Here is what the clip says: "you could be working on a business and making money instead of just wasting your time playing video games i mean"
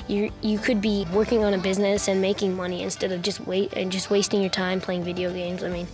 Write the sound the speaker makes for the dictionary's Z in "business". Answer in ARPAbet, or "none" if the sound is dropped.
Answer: Z